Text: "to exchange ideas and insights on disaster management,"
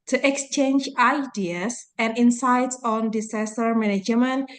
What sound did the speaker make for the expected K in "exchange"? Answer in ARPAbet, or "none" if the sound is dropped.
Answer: K